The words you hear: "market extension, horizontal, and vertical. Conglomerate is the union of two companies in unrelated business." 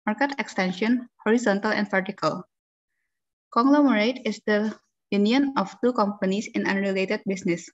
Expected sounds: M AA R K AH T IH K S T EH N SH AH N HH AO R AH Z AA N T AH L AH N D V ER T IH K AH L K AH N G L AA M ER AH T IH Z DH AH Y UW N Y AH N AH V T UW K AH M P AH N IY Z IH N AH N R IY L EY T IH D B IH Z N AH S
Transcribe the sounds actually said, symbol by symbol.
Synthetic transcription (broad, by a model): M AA R K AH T IH K S T EH N SH AH N HH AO R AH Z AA N T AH L AH N D F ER T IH K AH L K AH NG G L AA M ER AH T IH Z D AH Y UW N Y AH N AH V T UW K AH M P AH N IY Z IH N AH N R IY L EY T IH D B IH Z N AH S